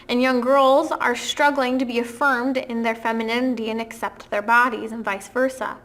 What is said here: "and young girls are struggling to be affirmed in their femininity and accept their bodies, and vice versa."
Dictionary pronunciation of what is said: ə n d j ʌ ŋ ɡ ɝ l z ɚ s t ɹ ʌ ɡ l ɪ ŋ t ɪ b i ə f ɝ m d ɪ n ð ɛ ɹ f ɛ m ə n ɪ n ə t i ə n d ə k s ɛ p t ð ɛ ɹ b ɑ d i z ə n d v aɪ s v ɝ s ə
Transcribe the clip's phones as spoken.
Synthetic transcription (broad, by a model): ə n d j ʌ ŋ ɡ ɝ l z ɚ s t ɹ ʌ ɡ l ɪ ŋ t ɪ b i ə f ɝ m d ɪ n ð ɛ ɹ f ɛ m ə n ɪ n ə t i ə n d ə k s ɛ p t ð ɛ ɹ b ɑ d i z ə n v aɪ s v ɝ s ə